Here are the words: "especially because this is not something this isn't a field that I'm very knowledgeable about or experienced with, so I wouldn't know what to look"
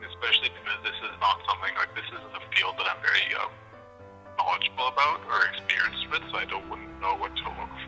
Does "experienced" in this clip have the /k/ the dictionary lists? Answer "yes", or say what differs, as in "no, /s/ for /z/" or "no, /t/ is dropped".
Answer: yes